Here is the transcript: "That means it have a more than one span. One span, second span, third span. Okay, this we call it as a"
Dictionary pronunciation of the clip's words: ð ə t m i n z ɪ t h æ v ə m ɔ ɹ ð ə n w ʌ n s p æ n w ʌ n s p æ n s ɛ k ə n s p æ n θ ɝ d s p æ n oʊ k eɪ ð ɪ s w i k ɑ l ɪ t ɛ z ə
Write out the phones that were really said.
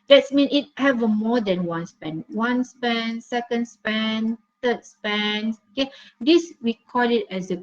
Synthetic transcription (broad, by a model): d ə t m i n ɪ t h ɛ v ə m ɔ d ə n w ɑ n s p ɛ n w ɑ n s p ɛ n s ɛ k ə n s p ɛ n t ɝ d s p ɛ n oʊ k eɪ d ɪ s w i k ɑ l ɪ t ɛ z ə